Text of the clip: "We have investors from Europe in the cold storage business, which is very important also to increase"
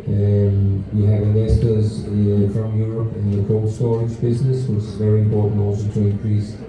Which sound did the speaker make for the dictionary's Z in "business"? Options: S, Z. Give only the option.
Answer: Z